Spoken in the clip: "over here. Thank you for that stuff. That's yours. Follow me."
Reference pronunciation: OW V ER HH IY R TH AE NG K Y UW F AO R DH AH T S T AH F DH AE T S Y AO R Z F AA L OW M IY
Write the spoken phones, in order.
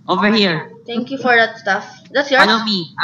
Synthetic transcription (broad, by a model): OW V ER HH IY R T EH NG K Y UW F AO R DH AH T S T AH F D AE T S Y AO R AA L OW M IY